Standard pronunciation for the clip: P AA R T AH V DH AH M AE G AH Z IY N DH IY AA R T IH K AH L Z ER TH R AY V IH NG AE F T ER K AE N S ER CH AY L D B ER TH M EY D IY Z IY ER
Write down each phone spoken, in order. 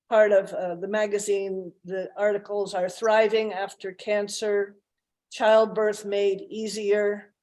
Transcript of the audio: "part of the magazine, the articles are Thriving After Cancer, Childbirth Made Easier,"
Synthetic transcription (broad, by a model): P AA R T AH V DH AH M AE G AH Z IY N DH IY AA R T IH K L Z ER TH R AY V IH NG AE F T ER K AE N S ER CH AY L D B ER TH M EY D IY Z IY ER